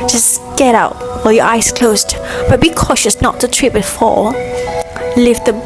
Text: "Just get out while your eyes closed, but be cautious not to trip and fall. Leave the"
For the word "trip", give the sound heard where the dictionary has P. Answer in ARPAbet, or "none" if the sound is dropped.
B